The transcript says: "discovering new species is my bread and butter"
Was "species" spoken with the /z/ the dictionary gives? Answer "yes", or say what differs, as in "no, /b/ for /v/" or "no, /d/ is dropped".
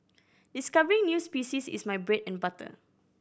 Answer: no, /s/ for /z/